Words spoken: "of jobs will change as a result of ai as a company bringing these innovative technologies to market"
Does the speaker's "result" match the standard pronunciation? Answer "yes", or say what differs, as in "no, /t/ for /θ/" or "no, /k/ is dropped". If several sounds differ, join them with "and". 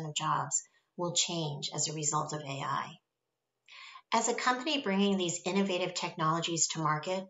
yes